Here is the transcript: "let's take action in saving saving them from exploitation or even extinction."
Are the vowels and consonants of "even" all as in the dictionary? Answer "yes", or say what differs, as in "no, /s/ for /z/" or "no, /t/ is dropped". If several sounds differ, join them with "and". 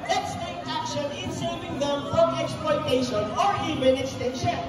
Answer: no, /b/ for /v/